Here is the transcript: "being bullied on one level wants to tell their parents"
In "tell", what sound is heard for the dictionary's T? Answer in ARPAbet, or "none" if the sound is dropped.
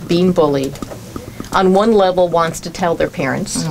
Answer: T